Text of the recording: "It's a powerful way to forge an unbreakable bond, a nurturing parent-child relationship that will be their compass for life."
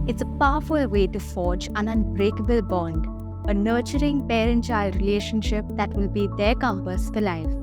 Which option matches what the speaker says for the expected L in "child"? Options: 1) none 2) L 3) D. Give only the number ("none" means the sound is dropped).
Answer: 2